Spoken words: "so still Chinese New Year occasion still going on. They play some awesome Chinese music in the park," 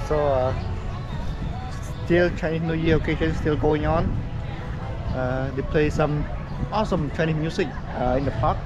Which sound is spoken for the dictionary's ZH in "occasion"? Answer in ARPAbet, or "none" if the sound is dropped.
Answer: SH